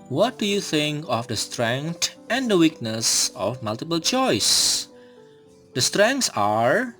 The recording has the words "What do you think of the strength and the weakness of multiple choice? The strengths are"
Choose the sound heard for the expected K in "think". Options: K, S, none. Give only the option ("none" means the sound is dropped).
K